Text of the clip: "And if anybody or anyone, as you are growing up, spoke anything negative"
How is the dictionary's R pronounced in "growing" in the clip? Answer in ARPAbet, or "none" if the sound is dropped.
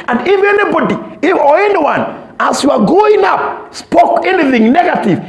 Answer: none